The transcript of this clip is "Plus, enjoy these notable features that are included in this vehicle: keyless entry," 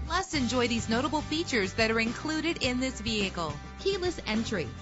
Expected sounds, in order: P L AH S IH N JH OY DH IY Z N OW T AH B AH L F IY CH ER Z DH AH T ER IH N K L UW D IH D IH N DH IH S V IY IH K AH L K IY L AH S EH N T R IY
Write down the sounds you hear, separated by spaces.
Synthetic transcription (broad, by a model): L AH S IH N JH OY DH IY Z N OW T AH B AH L F IY CH ER Z DH AH T ER IH N K L UW D IH D IH N DH IH S V IY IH K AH L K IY L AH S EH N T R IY